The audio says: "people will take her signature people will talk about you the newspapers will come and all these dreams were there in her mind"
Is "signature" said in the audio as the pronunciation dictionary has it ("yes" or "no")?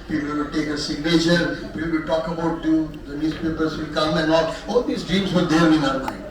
no